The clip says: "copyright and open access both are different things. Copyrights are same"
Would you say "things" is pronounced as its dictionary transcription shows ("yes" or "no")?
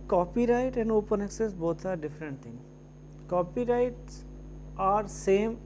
no